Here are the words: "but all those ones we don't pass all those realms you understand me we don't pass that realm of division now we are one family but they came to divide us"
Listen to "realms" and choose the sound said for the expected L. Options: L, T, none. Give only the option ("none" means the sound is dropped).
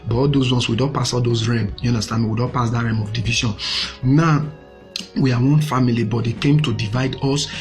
none